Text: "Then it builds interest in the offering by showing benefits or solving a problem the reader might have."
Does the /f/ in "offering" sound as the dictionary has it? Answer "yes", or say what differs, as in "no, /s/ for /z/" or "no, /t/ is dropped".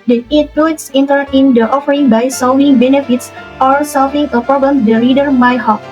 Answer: yes